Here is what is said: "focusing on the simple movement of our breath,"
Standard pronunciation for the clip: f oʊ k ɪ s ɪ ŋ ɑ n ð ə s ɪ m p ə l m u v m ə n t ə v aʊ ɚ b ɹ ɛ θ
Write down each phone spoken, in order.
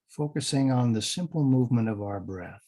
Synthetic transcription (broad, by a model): f oʊ k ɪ s ɪ ŋ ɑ n ð ə s ɪ m p l m u v m ə n t ə v aʊ ɚ b ɹ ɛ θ